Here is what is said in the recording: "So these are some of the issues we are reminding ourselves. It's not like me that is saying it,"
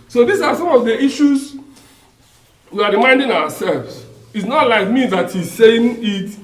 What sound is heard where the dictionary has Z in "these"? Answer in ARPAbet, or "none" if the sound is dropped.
S